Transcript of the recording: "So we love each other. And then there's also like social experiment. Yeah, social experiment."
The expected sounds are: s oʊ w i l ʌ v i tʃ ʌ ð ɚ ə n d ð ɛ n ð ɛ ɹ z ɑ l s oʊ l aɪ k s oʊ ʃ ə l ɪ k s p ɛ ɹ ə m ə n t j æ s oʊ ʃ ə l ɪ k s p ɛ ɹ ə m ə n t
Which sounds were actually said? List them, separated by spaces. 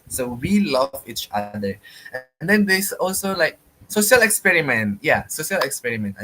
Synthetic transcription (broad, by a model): s oʊ w i l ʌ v i tʃ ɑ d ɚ ə n d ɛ n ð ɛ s ɑ l s oʊ l aɪ k s oʊ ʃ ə l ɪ k s p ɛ ɹ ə m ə n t j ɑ s oʊ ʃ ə l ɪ k s p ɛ ɹ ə m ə n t